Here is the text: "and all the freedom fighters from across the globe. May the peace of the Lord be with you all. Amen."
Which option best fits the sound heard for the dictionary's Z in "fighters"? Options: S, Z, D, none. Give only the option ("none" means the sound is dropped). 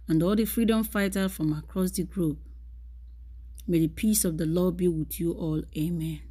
none